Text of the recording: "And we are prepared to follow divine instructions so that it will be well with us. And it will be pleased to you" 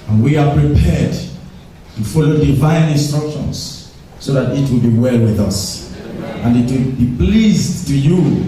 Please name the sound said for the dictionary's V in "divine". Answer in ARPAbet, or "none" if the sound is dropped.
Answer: V